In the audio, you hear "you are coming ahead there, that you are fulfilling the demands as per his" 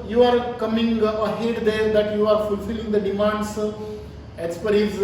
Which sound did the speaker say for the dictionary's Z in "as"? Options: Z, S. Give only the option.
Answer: S